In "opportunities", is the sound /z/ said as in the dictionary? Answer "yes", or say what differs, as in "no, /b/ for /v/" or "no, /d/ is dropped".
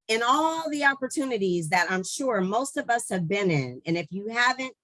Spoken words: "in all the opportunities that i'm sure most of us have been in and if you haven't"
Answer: yes